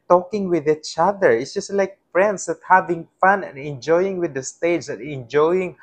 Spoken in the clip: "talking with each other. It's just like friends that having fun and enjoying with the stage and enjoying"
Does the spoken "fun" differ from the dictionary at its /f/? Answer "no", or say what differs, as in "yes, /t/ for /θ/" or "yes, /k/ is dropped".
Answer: no